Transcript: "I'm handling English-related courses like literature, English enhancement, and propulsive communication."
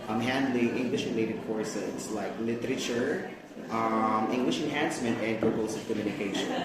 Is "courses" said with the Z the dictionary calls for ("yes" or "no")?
no